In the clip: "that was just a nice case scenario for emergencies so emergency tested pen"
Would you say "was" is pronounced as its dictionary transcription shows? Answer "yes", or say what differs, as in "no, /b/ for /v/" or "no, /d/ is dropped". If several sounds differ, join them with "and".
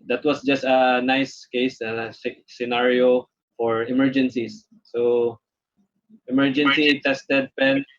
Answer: no, /s/ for /z/